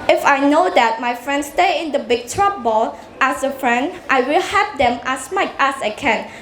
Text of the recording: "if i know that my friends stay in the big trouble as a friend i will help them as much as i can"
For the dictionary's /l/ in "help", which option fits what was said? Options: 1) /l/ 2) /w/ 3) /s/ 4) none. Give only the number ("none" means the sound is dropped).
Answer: 4